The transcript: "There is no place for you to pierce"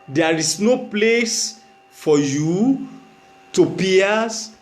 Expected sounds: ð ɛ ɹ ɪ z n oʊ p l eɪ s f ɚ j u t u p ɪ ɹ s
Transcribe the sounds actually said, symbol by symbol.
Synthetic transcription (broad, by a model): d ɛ ɹ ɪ s n oʊ p l eɪ s f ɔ j u t u p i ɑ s